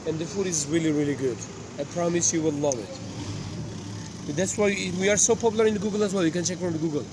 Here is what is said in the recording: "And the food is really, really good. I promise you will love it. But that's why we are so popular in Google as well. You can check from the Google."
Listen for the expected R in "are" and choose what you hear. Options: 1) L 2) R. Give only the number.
2